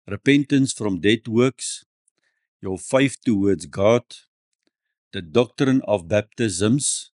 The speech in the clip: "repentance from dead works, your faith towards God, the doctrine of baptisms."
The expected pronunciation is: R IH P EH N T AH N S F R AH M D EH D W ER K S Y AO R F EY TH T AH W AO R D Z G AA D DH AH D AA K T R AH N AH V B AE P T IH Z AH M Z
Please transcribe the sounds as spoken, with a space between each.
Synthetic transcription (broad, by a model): R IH P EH N T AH N S F R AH M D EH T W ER K S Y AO L F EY F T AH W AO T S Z G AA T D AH D AA K T R AH N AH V B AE P T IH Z AH M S